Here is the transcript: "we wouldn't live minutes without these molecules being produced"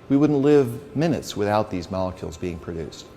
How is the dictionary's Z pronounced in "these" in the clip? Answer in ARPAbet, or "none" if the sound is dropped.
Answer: Z